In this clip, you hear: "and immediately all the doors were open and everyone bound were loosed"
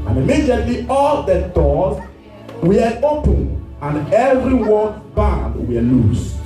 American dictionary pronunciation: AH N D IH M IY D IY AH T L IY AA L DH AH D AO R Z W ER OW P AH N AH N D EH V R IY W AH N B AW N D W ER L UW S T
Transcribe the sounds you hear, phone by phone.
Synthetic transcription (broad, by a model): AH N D IH M IY D IY AH T L IY AA L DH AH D AO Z W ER OW P AH N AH N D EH V R IY W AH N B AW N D W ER L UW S